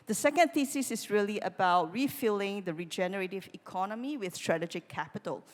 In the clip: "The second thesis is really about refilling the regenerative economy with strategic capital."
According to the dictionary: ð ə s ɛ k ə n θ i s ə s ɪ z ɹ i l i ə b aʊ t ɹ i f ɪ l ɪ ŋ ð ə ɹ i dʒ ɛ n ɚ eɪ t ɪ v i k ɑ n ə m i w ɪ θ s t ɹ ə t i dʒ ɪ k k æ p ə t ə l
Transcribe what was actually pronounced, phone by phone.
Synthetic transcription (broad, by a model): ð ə s ɛ k ə n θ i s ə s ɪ s ɹ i l i ə b aʊ t ɹ i f ɪ l ɪ ŋ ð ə ɹ i dʒ ɛ n ɚ eɪ t ɪ v i k ɑ n ə m i w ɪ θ s t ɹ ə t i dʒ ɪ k k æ p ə t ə l